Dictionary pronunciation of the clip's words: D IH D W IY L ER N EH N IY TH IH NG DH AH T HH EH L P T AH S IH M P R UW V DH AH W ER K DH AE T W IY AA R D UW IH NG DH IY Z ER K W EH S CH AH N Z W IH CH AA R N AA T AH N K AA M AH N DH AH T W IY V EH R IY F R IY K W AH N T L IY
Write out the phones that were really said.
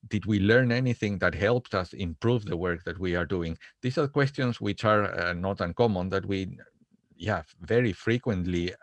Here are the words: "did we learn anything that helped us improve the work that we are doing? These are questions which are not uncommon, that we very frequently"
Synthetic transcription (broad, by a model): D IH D W IY L ER N EH N IY TH IH NG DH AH T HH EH L P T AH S IH M P R UW V DH AH W ER K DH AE T W IY AA R D UW IH NG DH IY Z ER K W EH S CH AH N S W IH CH AA R N AA T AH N K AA M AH N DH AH T W IY V EH R IY F R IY K W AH N T L IY